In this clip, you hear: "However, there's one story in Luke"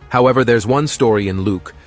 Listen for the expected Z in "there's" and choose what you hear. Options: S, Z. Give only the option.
Z